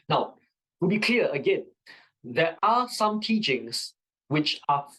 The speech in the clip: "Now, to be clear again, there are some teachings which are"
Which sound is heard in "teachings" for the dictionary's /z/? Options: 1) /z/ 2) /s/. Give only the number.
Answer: 2